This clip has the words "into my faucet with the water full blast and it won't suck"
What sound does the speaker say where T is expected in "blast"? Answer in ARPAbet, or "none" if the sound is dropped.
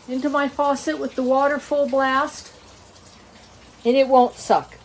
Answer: T